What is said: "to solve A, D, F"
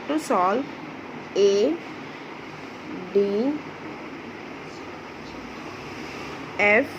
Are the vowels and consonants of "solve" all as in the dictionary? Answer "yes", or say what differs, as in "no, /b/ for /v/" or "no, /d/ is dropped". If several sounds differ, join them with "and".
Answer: no, /v/ is dropped